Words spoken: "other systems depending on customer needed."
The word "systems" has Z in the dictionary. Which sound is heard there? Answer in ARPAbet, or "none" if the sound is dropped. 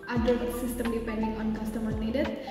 none